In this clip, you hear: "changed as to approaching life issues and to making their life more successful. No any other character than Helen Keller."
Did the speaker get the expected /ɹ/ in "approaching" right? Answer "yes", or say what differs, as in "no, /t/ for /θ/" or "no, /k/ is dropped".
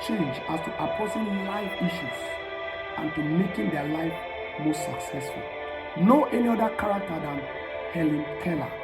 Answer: no, /ɹ/ is dropped